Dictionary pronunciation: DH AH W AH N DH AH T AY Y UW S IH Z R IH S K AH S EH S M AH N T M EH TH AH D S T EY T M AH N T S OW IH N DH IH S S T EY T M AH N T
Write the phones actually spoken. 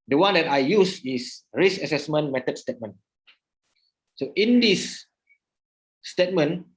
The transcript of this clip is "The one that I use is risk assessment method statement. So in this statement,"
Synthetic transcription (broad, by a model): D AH W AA N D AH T AY Y UW S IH S R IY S AH S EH S M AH N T M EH T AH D S T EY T M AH N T S OW IH N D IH S S T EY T M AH N